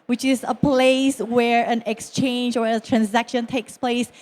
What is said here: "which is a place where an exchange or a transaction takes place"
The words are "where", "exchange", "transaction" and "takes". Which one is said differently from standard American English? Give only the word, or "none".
none